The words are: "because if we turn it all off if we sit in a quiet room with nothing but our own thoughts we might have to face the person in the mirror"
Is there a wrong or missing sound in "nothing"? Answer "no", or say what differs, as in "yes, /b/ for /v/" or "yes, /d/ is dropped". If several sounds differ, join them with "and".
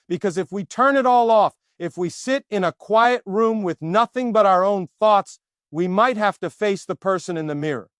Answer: no